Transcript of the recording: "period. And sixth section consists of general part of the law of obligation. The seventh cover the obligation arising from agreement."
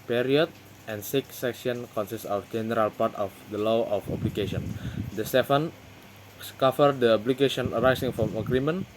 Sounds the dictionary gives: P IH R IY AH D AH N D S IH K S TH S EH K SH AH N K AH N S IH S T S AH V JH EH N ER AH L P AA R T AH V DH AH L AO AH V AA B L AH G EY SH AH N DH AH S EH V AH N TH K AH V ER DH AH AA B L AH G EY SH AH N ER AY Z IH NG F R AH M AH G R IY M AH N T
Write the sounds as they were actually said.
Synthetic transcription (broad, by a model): P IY R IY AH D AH N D S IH K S S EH K S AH N K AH N S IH S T AH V JH EH N ER AH L P AA R T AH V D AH L AO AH F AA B L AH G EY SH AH N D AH S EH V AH N K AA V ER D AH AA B L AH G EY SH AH N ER AY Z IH NG F R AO M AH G R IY M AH N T